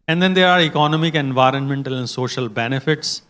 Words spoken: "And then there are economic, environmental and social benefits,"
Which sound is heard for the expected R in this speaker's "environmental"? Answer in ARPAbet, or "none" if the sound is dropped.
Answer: R